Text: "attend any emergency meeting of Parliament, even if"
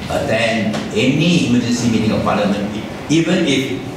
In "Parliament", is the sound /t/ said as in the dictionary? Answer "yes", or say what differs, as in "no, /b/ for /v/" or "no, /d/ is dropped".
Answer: no, /t/ is dropped